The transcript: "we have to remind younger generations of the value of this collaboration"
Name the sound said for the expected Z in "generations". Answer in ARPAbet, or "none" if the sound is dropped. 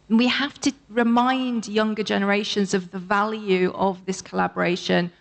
Z